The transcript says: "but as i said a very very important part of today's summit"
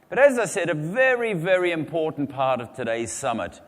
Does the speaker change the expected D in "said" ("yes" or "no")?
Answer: no